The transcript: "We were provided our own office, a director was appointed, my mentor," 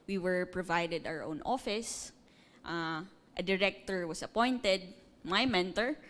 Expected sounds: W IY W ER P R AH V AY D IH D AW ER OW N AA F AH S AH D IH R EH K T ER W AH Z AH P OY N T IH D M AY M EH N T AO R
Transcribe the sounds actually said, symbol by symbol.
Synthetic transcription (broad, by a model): W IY W ER P R AH V AY D IH D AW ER OW N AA F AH S AH D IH R EH K T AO W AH S AH P OY N T IH D M AY M EH N T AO R